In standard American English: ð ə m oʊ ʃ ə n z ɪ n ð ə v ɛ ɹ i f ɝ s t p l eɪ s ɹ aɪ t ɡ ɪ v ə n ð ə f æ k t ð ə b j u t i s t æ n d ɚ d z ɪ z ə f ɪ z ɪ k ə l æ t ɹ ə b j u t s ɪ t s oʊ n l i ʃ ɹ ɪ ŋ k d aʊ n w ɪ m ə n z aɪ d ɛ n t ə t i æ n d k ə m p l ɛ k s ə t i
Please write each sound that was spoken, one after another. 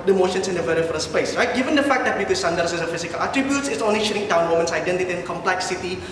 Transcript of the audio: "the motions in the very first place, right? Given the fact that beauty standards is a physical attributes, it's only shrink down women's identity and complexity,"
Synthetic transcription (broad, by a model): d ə m oʊ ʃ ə n s ɪ n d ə v ɛ ɹ i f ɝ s p eɪ s ɹ aɪ t ɡ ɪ v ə n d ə f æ k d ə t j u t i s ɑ n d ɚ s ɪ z ə f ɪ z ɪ k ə l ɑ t ɹ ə b j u t s ɪ t s oʊ n l i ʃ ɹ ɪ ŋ d aʊ n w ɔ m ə n s aɪ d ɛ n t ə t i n k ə m p l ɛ k s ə t i